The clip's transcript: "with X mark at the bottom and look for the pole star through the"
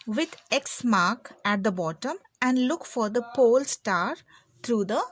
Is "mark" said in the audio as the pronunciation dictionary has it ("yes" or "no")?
yes